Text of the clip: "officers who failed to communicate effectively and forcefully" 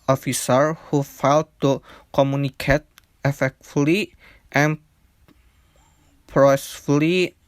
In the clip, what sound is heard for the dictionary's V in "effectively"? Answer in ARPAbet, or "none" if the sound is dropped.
none